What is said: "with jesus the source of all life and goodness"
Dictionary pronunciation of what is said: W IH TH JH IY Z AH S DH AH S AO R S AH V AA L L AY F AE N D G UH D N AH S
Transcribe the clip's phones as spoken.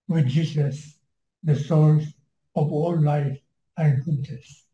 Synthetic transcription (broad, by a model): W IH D JH IY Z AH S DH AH S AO L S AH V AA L L AY F AE N D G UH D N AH S